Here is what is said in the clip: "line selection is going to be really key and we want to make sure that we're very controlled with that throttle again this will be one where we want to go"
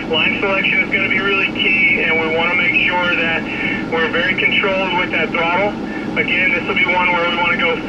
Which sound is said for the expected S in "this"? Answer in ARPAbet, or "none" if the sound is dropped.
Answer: S